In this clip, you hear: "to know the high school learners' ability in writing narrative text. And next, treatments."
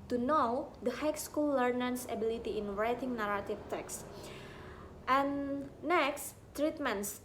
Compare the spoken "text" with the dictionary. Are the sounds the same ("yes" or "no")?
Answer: yes